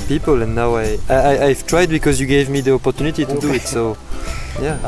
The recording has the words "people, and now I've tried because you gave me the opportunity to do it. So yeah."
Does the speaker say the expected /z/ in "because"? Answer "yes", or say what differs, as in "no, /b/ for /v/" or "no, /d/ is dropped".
yes